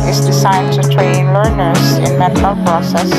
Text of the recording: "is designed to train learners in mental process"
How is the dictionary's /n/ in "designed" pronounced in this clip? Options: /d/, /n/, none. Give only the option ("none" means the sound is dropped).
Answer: none